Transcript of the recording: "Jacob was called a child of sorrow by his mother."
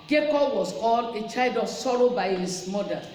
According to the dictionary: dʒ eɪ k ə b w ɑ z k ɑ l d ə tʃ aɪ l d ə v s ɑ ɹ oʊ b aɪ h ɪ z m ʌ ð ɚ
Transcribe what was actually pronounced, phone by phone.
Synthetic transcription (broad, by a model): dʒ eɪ k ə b w ɑ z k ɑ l ə tʃ aɪ l d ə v s ɑ ɹ oʊ b aɪ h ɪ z m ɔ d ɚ